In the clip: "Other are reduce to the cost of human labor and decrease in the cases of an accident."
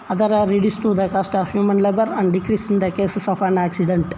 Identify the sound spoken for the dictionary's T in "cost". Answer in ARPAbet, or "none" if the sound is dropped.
T